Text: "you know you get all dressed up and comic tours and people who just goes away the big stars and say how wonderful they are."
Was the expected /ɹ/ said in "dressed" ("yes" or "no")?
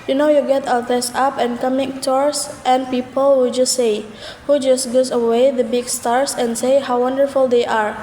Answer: no